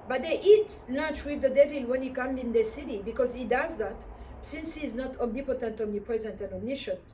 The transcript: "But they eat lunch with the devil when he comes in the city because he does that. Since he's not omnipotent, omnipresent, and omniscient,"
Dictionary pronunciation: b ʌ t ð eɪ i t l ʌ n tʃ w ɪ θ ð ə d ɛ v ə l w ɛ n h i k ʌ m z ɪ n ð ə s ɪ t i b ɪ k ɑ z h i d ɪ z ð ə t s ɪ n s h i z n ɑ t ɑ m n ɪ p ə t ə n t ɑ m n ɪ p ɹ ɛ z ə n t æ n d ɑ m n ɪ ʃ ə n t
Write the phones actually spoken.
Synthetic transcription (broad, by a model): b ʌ t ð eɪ i t l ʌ n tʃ w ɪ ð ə d ɛ v ə l w ɛ n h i k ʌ m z ɪ n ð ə s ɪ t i b ɪ k ɑ z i d ɪ z ð ə t s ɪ n s h i z n ɑ t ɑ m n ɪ p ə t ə n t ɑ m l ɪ p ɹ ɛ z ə n t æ n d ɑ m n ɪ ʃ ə n